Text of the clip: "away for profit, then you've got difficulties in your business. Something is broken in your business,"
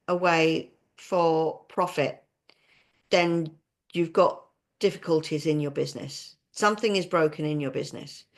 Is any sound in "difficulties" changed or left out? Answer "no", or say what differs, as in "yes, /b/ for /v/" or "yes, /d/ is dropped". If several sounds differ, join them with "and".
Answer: no